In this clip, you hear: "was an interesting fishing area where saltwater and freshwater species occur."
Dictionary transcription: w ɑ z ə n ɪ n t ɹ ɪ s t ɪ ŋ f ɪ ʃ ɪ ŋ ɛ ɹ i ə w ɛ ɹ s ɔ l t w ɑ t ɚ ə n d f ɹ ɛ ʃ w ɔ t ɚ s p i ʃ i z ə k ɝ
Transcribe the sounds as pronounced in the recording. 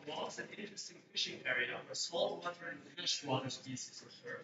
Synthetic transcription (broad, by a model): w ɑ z ə n ɪ n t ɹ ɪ s t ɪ ŋ f ɪ ʃ ɪ ŋ ɛ ɹ i ə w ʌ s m ɔ l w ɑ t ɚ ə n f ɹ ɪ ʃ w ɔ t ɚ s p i s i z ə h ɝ